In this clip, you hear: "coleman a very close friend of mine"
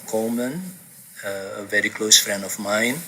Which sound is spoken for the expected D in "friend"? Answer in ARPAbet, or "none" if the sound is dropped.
none